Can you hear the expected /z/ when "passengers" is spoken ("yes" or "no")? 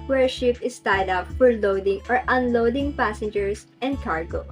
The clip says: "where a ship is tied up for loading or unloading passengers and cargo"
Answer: no